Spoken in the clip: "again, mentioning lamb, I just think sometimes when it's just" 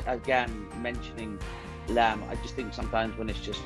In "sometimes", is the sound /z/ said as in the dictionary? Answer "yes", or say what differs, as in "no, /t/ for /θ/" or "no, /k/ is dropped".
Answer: yes